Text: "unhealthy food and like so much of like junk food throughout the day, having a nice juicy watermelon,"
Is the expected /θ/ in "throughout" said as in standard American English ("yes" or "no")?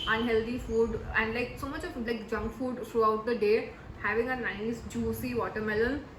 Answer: no